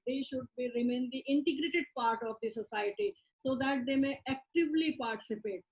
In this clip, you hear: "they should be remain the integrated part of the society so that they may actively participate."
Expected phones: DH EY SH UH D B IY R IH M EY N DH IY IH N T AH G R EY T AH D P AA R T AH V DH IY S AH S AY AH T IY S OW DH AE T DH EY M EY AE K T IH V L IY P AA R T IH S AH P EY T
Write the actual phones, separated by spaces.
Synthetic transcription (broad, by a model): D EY SH UH D B IY R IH M EY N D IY IH N T AH G R EY T AH D P AA R T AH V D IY S AH S AY AH T IY S OW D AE T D EY M EY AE K T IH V L IY P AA R T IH S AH P EY T